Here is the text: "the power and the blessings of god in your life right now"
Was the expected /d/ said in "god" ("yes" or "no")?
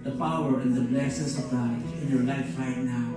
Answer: no